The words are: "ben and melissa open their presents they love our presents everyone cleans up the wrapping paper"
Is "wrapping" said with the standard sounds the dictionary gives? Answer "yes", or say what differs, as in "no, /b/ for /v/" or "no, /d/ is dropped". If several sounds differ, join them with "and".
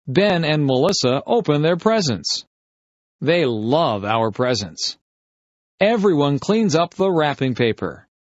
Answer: yes